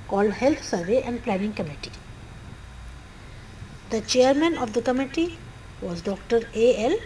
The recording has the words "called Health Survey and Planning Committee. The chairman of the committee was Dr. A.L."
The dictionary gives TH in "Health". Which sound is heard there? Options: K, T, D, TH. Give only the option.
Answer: T